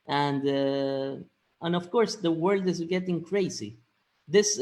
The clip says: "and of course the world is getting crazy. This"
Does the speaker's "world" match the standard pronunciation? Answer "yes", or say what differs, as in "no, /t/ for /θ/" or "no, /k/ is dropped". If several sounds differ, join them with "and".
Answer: yes